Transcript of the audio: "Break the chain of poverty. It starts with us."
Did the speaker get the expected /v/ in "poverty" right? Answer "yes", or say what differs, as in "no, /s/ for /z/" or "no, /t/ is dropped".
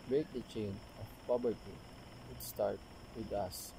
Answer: no, /b/ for /v/